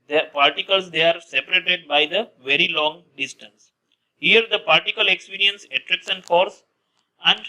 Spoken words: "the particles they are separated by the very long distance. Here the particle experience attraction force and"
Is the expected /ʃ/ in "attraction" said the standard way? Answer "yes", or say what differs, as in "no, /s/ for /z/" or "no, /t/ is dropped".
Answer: no, /s/ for /ʃ/